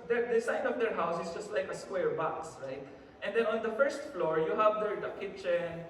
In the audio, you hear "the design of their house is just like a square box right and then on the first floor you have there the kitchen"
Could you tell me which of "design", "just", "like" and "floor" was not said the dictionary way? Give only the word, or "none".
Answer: design